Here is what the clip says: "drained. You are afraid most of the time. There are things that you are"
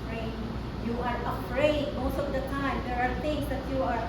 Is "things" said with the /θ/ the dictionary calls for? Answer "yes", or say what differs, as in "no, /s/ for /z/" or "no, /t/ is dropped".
no, /t/ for /θ/